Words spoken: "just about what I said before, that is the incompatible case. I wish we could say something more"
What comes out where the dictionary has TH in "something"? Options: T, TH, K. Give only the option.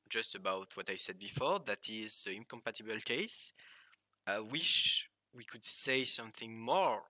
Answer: TH